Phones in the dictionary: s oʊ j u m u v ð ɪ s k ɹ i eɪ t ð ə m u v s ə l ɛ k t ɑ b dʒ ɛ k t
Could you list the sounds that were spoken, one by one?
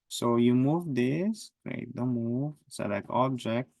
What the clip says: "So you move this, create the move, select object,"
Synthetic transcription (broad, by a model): s oʊ j u m u v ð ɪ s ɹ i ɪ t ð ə m u v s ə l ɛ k ɑ b dʒ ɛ k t